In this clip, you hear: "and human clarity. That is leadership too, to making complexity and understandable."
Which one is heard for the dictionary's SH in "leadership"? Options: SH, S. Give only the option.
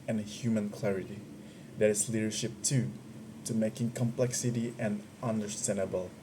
SH